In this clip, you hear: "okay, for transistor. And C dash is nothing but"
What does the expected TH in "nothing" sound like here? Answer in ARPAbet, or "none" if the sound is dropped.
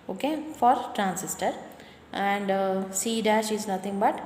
T